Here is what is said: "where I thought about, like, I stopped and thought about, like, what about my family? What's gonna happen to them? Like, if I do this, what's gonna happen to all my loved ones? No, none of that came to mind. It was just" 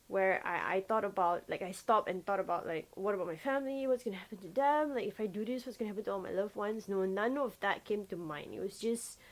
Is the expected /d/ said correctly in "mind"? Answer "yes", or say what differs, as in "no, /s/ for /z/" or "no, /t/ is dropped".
no, /d/ is dropped